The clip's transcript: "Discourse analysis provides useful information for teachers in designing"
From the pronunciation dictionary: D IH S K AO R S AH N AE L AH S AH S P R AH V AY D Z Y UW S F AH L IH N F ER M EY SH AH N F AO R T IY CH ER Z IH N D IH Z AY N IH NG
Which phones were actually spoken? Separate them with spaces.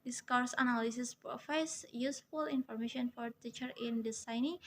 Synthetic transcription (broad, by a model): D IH S K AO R S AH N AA L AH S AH S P R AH F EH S Y UW S F AH L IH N F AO M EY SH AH N F AO R T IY CH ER IH N D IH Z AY N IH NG